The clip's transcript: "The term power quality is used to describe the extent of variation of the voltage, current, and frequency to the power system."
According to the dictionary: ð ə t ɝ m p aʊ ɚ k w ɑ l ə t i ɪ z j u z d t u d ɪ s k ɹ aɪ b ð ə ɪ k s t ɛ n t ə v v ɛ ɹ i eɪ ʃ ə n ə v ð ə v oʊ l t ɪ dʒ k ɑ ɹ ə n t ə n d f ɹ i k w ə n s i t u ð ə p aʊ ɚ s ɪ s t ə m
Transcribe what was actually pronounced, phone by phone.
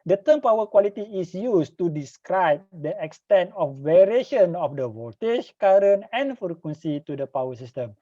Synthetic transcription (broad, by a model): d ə t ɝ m p aʊ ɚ k w ɑ l ə t i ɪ s j u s t u d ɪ s k ɹ aɪ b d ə ɪ k s t ɛ n t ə f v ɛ ɹ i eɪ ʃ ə n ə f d ə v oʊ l t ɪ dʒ k ɑ ɹ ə n ə n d f ɹ i k w ə n s i t u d ə p aʊ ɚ s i s t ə m